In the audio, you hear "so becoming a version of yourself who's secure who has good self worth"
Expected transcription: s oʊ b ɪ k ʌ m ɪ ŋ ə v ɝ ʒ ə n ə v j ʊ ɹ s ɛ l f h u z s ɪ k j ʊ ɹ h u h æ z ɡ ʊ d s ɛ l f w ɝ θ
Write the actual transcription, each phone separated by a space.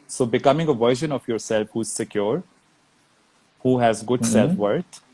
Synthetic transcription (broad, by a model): s oʊ b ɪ k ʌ m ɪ ŋ ə v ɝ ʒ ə n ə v j ʊ ɹ s ɛ l f h u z s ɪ k j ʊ ɹ h u h æ z ɡ ʊ d s ɛ l f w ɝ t